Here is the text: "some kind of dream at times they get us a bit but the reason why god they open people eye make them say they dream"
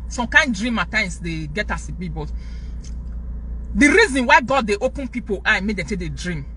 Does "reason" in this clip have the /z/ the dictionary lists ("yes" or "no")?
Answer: yes